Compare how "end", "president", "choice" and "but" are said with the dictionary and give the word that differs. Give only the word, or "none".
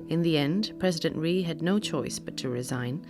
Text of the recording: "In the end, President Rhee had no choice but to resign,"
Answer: none